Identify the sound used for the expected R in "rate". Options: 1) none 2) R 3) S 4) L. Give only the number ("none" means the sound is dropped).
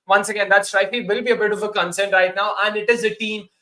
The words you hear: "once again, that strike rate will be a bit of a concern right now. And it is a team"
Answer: 4